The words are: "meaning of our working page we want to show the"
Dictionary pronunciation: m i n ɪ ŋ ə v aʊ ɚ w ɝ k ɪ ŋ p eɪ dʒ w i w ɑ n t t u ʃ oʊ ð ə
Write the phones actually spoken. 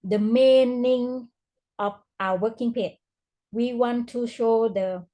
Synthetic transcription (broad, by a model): m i n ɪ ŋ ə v aʊ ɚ w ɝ k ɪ ŋ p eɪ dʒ w i w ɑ n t t u ʃ oʊ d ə